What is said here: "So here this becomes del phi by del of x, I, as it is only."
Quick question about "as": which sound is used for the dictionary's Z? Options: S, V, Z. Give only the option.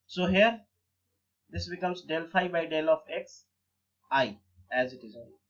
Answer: Z